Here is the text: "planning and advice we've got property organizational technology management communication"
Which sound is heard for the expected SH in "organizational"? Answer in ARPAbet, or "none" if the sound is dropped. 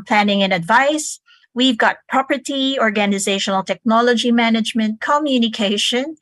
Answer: SH